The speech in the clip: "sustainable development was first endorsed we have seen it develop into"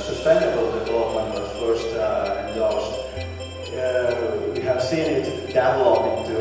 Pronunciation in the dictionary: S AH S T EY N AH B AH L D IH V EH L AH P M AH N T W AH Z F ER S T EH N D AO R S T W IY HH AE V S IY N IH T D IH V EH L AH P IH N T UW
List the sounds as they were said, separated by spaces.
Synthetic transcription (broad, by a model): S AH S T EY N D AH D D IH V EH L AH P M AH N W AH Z F ER S T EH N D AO L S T W IY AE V S IY N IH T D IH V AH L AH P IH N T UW